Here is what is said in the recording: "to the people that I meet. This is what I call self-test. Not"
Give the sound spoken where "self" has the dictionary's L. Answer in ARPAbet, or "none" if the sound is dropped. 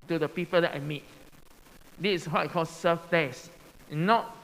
none